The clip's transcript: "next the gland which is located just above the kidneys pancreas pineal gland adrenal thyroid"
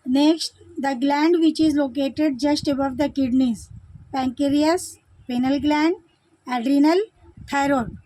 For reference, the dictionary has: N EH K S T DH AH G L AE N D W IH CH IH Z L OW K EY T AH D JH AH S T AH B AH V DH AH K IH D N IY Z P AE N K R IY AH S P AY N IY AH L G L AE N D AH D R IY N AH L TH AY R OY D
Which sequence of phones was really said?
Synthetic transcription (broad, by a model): N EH K S T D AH G L AE N D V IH CH IH Z L OW K EY T AH D JH AH S T AH B AH V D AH K IH D N IY Z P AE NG K R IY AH S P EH N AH L G L AE N D AH D R IY N AH L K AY R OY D